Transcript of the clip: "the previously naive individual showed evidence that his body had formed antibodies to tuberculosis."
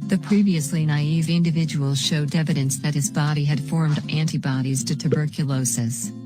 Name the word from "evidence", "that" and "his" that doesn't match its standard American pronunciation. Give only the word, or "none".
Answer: none